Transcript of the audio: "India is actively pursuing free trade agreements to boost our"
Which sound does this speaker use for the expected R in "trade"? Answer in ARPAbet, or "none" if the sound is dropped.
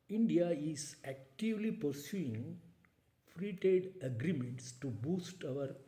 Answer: none